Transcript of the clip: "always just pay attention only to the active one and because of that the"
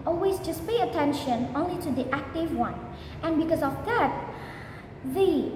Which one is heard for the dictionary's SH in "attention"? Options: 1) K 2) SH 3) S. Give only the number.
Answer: 2